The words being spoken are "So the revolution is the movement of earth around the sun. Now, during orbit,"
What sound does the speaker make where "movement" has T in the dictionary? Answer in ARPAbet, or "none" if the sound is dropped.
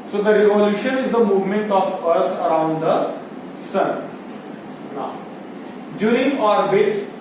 T